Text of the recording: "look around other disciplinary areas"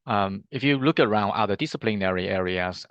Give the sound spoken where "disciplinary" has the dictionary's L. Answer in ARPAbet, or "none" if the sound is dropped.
L